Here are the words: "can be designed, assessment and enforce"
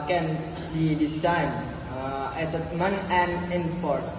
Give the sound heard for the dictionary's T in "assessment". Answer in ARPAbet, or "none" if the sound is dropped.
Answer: none